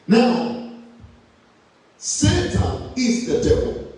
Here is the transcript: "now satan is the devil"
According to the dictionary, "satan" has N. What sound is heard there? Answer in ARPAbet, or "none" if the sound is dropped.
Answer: none